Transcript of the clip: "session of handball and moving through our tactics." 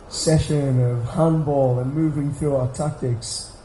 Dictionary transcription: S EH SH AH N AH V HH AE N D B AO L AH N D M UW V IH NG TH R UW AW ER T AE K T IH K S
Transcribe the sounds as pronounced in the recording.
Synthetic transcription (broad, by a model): S EH SH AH N AH V HH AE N B AO L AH N M UW V IH NG TH R UW AW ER T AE K T IH K S